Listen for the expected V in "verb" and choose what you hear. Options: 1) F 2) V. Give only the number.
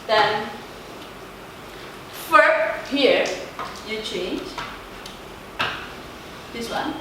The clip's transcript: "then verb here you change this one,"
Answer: 1